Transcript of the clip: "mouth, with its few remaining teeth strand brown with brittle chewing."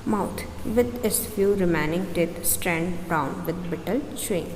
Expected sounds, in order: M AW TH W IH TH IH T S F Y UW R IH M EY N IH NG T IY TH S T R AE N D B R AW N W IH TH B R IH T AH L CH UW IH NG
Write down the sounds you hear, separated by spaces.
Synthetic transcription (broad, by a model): M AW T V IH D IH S F Y UW R IH M EY N IH NG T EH T S T R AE N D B R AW N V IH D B IH T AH L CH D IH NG